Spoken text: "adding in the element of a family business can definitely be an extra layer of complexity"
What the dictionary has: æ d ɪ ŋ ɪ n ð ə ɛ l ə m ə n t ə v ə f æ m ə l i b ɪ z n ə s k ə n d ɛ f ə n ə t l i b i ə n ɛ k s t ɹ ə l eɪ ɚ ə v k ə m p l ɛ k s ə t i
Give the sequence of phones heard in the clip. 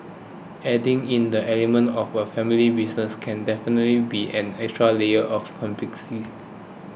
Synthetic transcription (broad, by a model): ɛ d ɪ ŋ ɪ n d ə ɛ l ə m ə n t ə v ə f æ m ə l i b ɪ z n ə s k ə n d ɛ f ə n ə t l i b i ə n ɛ k s t ɹ ə l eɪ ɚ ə f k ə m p ɛ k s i